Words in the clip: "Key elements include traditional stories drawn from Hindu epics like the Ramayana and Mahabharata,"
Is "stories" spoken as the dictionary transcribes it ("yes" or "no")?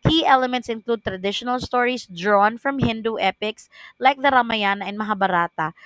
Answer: no